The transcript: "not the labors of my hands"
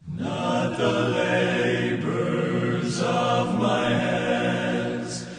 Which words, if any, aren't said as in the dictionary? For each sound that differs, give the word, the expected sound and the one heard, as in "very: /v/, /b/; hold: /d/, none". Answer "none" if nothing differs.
none